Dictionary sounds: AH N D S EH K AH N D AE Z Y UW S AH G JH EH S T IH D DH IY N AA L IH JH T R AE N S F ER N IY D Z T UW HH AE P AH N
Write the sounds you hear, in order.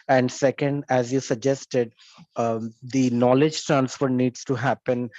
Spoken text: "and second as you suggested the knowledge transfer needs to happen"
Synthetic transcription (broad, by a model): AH N D S EH K AH N D AE Z Y UW S AH G JH EH S T IH D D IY N AA L IH JH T AE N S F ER N IY D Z T UW HH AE P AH N